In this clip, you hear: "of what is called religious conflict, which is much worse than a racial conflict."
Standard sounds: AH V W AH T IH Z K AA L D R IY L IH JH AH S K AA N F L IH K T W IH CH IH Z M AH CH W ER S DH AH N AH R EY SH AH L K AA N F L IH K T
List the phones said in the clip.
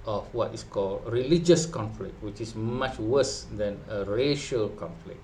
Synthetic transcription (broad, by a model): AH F W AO T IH S K AA L D R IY L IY JH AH S K AA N F L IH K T W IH CH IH S M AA CH W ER S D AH N AH R EY SH AH L K AA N F L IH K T